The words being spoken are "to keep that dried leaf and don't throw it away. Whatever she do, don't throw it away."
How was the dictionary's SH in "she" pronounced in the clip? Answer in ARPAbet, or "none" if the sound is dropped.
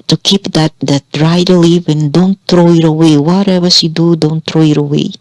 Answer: S